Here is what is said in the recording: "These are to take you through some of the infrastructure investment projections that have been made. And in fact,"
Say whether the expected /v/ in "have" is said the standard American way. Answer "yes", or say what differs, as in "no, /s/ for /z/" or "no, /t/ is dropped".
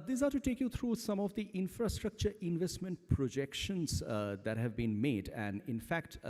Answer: yes